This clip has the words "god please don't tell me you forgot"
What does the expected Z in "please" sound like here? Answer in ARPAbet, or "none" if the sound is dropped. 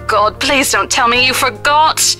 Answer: Z